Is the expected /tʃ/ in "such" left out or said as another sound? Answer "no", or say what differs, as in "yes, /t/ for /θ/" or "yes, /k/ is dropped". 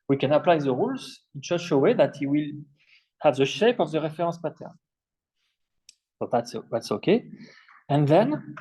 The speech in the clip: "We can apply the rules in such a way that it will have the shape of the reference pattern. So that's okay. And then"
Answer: yes, /ʃ/ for /tʃ/